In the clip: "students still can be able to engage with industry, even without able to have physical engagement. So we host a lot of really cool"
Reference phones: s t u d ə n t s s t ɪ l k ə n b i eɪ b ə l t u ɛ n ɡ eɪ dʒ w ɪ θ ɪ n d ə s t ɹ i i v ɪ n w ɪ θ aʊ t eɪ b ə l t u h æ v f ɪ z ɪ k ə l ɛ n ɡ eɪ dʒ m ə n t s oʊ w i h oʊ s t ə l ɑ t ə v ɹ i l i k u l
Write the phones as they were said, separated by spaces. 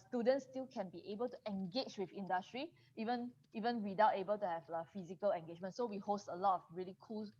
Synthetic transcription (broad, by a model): s t u d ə n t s s t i l k ə n b i eɪ b ə l t u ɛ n ɡ eɪ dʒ w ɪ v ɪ n d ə s t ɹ i i v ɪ n w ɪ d aʊ t eɪ b ə l t u h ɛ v f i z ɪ k ə l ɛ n ɡ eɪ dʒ m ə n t s oʊ w i h oʊ s t ə l ɑ t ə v ɹ i l i k u l